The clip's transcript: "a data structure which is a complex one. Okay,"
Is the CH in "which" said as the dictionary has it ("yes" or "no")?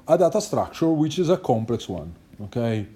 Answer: yes